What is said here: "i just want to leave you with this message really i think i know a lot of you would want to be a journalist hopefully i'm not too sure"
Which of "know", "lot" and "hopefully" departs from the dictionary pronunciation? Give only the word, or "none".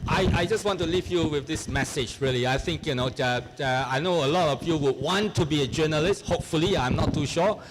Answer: none